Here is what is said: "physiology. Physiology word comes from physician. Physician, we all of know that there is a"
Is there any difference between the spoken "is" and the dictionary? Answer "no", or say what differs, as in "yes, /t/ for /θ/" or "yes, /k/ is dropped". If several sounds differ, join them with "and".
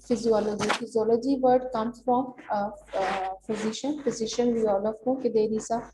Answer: yes, /s/ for /z/